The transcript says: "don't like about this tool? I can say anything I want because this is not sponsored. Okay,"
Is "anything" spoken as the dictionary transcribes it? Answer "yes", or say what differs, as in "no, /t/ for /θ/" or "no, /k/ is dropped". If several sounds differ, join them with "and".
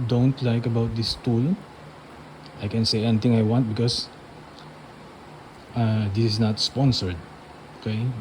no, /t/ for /θ/